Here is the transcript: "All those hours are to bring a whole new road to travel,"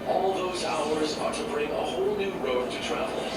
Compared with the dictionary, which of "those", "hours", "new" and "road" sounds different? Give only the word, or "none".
none